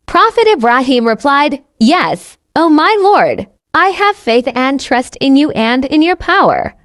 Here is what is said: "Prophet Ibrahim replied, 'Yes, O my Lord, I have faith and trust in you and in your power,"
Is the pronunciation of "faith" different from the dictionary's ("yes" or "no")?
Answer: no